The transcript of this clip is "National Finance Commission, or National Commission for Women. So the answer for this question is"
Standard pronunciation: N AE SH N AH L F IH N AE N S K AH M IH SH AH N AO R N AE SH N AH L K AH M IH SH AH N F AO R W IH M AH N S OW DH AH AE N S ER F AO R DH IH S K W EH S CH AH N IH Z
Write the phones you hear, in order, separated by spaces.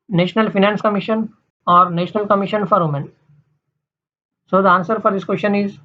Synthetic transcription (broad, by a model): N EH SH N AH L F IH N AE N S K AH M IH SH AH N AO R N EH SH N AH L K AH M IH SH AH N F AO R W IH M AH N S OW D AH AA N S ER F AO R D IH S K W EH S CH AH N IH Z